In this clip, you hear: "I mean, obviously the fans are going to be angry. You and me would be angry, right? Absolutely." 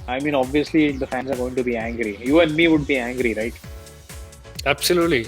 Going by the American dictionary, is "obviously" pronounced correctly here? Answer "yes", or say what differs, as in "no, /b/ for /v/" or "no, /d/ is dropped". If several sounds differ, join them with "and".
yes